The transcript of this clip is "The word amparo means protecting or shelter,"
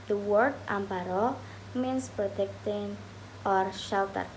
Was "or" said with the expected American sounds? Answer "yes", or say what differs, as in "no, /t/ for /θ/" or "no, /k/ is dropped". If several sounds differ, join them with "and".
yes